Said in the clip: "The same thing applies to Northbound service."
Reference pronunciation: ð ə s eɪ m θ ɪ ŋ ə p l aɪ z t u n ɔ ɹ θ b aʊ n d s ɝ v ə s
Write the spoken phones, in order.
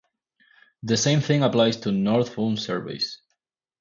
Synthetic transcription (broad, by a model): ð ə s eɪ m θ ɪ ŋ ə p l aɪ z t u n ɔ ɹ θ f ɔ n s ɝ v ə s